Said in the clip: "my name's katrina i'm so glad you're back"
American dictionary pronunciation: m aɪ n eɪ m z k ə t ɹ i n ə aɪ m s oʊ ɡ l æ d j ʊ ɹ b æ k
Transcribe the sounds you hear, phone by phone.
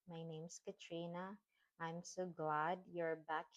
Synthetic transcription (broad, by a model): m aɪ n eɪ m s k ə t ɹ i n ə aɪ m s oʊ ɡ l æ d j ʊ ɹ b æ k